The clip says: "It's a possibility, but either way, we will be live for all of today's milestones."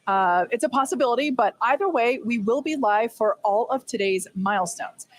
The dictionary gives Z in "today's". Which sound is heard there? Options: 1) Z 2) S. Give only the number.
1